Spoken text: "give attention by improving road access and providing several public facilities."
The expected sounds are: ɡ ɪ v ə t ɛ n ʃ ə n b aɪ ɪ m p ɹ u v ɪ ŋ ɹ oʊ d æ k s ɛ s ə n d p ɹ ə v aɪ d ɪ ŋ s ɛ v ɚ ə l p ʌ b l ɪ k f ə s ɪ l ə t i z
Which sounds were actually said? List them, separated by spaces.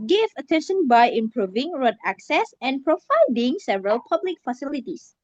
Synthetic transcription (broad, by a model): ɡ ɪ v ə t ɛ n ʃ ə n b aɪ ɪ m p ɹ u v ɪ ŋ ɹ oʊ d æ k s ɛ s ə n p ɹ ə f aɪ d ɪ ŋ s ɛ v ɚ ə l p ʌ b l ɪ k f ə s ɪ l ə t i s